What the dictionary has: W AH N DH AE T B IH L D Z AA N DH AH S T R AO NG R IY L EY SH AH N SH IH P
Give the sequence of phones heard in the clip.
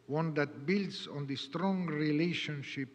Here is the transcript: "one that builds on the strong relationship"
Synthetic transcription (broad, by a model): W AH N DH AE T B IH L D S AA N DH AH S T R AO NG R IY L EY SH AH N SH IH P